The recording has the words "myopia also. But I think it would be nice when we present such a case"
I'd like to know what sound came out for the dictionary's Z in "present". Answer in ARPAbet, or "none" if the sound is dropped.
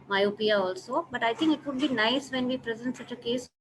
Z